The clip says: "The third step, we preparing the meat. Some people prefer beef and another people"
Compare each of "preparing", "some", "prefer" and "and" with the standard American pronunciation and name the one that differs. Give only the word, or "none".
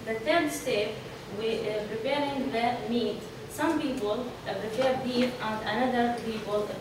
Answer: prefer